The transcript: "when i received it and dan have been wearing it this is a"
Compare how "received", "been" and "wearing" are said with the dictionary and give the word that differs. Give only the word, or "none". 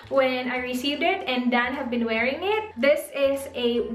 none